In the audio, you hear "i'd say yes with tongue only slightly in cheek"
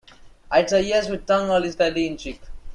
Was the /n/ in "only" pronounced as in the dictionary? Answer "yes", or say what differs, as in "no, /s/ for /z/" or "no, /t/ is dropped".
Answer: no, /n/ is dropped